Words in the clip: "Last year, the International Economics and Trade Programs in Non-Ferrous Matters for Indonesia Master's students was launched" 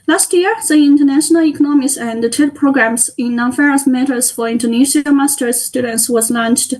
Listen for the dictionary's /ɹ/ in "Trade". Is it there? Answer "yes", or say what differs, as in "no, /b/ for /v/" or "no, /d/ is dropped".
no, /ɹ/ is dropped